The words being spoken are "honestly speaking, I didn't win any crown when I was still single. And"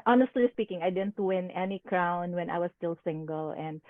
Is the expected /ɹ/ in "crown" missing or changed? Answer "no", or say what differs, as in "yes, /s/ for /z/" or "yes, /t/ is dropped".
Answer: no